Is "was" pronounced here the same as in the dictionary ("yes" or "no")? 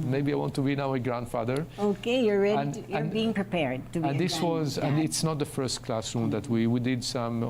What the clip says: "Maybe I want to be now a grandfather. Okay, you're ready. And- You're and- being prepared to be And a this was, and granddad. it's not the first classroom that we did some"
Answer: yes